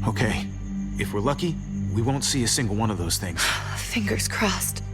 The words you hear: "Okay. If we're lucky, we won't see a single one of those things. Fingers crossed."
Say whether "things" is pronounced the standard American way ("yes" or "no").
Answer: yes